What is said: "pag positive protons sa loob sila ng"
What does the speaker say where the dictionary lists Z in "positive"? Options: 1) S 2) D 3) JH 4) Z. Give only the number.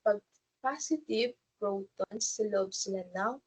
1